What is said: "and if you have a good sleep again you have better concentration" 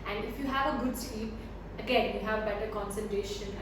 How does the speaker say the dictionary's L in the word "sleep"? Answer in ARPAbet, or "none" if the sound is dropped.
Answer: none